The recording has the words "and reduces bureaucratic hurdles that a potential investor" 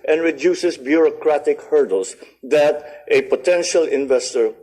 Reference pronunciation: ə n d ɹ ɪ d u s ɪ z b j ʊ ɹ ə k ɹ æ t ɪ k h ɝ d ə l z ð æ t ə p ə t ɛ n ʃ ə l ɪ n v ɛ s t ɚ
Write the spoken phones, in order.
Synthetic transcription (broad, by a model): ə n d ɹ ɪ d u s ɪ s b j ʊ ɹ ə k ɹ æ t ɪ k h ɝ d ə l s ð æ t ə p ə t ɛ n ʃ ə l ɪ n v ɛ s t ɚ